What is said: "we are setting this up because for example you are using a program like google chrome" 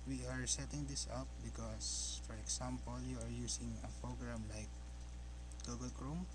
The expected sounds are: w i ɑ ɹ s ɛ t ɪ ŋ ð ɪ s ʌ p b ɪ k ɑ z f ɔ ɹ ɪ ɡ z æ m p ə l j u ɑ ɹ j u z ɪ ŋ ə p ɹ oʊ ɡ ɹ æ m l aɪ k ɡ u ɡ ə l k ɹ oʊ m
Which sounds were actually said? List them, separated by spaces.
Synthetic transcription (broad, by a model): w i ɑ ɹ s ɛ t ɪ ŋ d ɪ s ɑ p b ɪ k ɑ s f ɔ ɹ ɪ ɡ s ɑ m p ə l j u ɑ ɹ j u s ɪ ŋ ə p ɹ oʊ ɡ ɹ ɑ m l aɪ k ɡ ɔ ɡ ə l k ɹ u m